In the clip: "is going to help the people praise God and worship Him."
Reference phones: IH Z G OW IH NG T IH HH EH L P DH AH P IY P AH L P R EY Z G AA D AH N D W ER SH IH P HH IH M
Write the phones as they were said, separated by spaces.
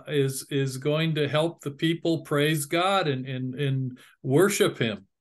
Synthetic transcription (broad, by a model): IH Z G OW IH NG T IH HH EH L P DH AH P IY P L P R EY Z G AA D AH N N W ER SH IH P HH IH M